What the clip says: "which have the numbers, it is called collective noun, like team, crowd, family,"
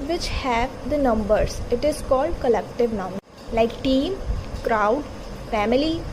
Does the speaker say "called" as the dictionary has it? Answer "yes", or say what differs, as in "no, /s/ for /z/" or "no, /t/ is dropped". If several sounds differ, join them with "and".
yes